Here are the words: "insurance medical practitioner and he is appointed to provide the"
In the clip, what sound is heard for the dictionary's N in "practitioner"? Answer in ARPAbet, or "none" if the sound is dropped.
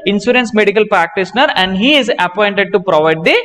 N